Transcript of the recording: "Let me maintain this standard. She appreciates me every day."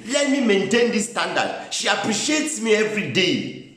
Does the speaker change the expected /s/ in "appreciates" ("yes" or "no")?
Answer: no